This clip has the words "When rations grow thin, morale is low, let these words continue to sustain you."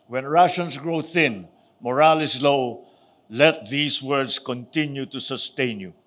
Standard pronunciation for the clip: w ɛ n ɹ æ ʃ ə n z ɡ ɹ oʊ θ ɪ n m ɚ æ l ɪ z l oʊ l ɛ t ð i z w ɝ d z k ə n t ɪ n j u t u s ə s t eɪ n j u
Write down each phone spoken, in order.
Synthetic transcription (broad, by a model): w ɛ n ɹ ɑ ʃ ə n s ɡ ɹ oʊ θ ɪ n m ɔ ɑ l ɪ s l oʊ l ɛ t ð i s w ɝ d s k ə n t ɪ n j u t u s ə s t eɪ n j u